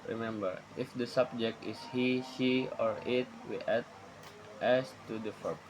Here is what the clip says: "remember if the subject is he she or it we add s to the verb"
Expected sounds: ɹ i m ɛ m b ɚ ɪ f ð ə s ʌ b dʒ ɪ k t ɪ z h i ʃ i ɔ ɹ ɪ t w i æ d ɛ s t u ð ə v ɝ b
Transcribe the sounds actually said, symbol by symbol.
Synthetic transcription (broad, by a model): ɹ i m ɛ m b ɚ ɪ f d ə s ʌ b dʒ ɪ k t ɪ s h i s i ɔ ɹ ɪ t w i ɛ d ɛ s t u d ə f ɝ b